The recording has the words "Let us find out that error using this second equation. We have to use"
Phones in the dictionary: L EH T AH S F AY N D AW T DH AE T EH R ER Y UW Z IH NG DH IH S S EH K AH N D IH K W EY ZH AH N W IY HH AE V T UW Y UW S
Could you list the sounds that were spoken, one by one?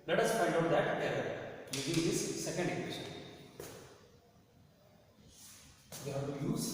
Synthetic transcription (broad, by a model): L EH T AH S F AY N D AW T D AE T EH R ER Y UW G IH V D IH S S EH K AH N D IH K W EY SH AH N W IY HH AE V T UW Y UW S